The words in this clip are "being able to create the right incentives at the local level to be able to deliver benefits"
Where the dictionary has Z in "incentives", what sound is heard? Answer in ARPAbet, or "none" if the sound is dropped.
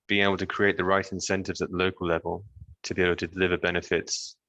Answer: Z